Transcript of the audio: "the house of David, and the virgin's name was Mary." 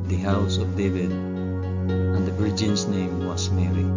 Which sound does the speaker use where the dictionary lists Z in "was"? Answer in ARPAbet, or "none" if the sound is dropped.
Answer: S